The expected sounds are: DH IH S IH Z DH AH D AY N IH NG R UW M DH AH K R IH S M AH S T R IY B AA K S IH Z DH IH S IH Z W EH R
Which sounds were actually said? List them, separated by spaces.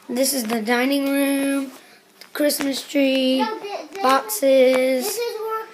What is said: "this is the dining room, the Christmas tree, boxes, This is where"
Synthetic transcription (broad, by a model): DH IH S IH Z DH AH D AY N IH NG R UW M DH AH K R IH S M AH S T R IY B AA K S S IH Z